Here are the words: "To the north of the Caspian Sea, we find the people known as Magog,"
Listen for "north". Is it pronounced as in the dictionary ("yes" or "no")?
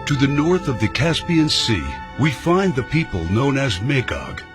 yes